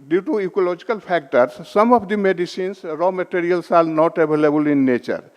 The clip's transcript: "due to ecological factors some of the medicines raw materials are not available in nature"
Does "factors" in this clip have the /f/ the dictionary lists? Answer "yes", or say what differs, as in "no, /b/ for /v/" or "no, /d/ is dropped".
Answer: no, /p/ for /f/